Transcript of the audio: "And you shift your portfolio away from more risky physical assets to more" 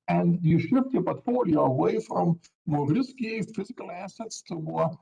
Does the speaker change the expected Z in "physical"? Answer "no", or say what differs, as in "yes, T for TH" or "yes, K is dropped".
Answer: no